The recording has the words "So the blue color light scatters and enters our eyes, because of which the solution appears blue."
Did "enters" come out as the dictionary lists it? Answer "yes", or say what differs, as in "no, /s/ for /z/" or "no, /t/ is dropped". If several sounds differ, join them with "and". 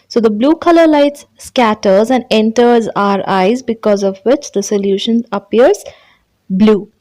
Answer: yes